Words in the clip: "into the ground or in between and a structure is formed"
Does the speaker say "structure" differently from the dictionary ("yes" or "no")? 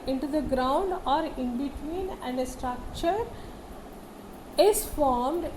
no